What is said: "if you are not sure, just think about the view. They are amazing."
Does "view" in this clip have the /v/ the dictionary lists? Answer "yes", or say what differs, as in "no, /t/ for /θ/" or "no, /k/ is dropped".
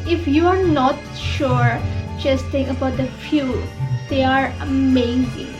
no, /f/ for /v/